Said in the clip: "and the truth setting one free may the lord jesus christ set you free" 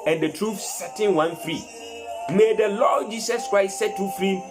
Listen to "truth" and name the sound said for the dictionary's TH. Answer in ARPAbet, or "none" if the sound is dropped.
F